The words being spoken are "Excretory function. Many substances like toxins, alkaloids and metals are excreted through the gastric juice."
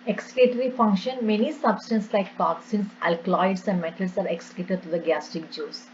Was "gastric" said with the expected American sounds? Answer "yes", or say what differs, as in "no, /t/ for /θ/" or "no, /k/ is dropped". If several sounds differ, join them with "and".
no, /ɹ/ is dropped